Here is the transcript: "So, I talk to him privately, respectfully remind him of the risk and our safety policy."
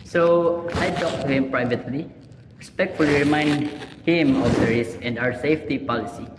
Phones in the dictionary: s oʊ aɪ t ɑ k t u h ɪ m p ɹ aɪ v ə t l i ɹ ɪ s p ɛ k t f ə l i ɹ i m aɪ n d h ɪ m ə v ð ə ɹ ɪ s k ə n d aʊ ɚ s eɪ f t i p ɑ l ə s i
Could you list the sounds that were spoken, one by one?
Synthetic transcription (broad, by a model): s oʊ aɪ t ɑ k t u h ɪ m p ɹ aɪ v ə t l i ɹ ɪ s p ɛ k t f ə l i ɹ i m aɪ n d h ɪ m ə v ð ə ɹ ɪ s ə n d aʊ ɚ s eɪ f t i p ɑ l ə s i